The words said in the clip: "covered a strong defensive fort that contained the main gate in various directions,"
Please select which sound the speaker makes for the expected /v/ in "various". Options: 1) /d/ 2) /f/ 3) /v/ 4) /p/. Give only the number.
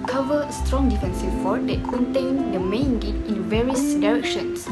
3